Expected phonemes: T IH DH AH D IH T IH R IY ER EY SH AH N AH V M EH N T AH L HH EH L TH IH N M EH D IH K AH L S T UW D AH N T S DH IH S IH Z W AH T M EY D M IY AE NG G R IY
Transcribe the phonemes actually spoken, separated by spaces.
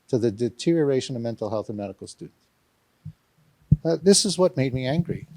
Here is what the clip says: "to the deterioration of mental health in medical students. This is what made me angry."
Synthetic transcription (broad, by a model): T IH DH AH D IH T IH R IY ER EY SH AH N AH V M EH N T L HH EH L TH IH N M EH D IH K L S T UW D N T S DH IH S IH Z W AH T M EY D M IY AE NG G R IY